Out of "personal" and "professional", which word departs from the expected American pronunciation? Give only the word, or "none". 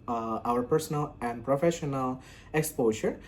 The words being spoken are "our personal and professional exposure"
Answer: none